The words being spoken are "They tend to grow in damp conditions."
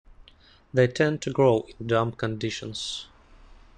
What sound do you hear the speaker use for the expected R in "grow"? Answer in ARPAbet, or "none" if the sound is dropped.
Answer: R